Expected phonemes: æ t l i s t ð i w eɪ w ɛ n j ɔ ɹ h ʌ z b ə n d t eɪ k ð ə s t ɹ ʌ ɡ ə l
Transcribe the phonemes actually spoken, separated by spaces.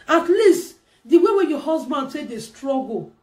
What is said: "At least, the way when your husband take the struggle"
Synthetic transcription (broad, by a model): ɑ t l i s t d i w eɪ w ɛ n j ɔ h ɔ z b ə n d s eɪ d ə s t ɹ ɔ ɡ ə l